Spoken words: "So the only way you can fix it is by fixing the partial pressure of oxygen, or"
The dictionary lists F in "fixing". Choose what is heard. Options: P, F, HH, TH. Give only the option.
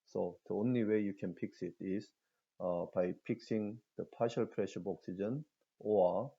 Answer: P